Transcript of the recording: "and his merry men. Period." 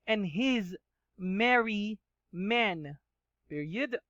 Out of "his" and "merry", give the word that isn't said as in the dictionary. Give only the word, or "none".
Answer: none